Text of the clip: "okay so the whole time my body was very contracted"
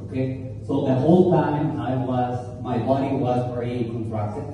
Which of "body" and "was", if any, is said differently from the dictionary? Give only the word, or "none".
none